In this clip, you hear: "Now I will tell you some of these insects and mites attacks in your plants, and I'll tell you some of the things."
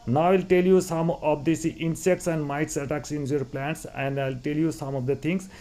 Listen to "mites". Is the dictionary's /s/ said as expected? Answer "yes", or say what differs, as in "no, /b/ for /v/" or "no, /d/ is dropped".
yes